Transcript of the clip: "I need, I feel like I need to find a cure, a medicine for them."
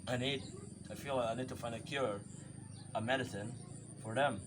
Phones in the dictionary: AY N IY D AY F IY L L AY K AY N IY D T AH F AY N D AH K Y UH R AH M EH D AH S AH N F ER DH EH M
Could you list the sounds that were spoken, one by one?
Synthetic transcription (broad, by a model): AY N IY D AY F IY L L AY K AY N IY D T AH F AY N D AH K Y UH R AH M EH D AH S AH N F ER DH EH M